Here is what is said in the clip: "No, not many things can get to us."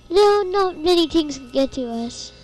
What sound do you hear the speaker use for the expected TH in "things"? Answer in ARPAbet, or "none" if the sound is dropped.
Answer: T